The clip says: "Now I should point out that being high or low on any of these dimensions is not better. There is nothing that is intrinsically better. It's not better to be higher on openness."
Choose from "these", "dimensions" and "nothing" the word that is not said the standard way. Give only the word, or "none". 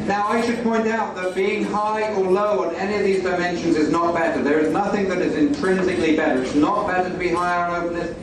none